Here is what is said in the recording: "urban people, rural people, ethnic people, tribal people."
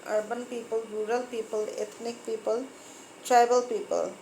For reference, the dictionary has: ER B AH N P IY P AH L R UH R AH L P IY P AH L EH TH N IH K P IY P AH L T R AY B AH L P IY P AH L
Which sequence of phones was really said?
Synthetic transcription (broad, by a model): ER B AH N P IY P AH L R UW R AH L P IY P AH L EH T N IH K P IY P AH L T R AY B AH L P IY P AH L